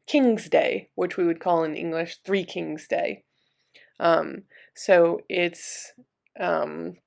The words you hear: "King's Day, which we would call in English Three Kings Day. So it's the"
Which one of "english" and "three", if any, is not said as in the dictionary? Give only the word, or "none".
none